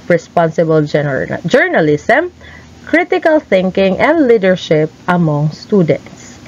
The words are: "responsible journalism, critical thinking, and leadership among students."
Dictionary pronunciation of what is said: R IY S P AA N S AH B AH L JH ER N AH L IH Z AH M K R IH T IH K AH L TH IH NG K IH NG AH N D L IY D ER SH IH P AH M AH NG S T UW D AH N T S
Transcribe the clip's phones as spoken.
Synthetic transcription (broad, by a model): R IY S P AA N S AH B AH L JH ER N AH L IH S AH M K R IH T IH K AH L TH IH NG K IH NG AH N D L IY D ER SH IH P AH M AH NG S T UW D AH N T S